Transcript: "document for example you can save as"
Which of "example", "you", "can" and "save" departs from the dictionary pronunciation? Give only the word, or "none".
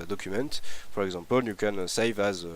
example